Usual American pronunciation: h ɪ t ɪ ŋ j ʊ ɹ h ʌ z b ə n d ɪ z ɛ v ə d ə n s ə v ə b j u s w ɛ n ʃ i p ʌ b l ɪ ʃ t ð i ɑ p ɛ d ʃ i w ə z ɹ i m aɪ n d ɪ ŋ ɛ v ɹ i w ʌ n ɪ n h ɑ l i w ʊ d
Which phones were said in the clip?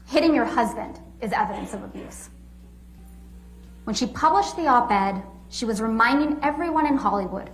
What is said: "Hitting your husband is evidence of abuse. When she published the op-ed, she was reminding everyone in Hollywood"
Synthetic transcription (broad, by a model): h ɪ t ɪ ŋ j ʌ ɹ h ʌ z b ə n d ɪ z ɛ v ə d ə n s ə v ə b j u s w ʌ n ʃ i p ʌ b l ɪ ʃ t ð i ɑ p ɛ d ʃ i w ə z ɹ i m aɪ n d ɪ ŋ ɛ v ɹ i w ʌ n ɪ n h ɑ l i w ʊ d